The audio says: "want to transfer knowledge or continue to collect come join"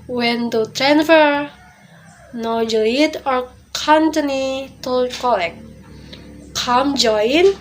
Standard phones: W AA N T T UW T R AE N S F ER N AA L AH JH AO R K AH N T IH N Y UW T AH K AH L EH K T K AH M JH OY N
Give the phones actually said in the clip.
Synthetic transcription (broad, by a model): W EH N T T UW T R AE N F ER N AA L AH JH AO R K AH N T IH N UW T AH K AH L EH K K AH M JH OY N